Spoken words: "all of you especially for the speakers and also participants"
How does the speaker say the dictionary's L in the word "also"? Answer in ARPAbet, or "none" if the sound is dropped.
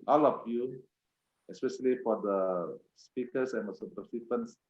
none